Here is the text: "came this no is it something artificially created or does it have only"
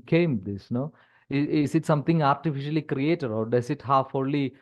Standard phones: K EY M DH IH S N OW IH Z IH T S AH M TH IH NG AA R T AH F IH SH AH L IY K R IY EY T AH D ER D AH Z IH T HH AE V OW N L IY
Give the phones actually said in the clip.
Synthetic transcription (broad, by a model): K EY M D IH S N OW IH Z IH T S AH M T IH NG AA R T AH F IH SH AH L IY K R IY EY T AH D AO D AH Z IH T HH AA F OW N L IY